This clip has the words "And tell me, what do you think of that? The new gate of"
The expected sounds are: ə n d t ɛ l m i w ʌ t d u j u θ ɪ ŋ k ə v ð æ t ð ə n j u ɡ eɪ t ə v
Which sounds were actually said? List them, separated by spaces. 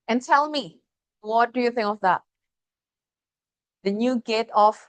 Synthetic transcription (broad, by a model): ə n t ɛ l m i w ʌ t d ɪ j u θ ɪ ŋ k ə v ð æ t ð ə n j u ɡ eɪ t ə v